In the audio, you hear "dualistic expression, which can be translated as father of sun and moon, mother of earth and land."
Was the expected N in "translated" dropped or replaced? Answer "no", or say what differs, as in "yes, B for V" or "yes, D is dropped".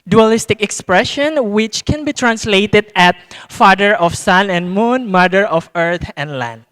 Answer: no